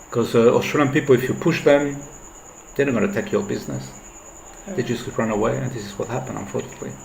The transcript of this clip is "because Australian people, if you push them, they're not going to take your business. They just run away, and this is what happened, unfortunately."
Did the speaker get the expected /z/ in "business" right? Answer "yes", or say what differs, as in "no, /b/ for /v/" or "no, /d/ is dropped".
yes